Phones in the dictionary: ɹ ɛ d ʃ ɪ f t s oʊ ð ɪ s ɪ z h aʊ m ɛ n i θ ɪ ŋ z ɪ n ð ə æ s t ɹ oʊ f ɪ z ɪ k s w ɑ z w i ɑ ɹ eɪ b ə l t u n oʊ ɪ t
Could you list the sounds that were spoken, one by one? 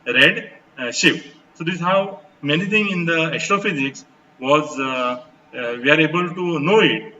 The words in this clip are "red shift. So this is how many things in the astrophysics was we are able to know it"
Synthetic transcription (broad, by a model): ɹ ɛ d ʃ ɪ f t s oʊ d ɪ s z h aʊ m ɛ n i t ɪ ŋ ɪ n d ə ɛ s t ɹ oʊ f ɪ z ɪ k s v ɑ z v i ɑ ɹ eɪ b ə l t u n oʊ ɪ t